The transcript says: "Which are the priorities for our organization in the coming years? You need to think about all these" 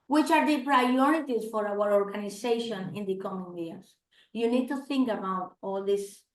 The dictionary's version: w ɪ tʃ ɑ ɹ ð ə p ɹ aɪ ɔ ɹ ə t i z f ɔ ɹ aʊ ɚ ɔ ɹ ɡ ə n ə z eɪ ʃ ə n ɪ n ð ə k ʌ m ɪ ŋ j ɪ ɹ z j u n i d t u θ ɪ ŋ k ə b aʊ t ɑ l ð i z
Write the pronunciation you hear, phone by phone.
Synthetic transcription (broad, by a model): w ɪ tʃ ɑ ɹ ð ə p ɹ aɪ ɔ ɹ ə t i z f ɔ ɹ aʊ ɚ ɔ ɹ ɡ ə n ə s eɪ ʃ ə n ɪ n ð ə k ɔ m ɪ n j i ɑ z j u n i d t u θ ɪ ŋ k ə b aʊ t ɑ l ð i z